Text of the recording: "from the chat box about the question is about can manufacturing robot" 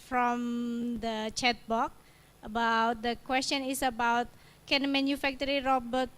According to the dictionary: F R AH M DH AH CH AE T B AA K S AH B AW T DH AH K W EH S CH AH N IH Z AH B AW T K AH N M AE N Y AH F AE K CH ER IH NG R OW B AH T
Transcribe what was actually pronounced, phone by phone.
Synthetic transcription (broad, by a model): F R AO M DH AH CH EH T B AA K AH B AW T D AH K W EH S CH AH N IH S AH B AW T K AH N M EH N Y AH F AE K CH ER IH R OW B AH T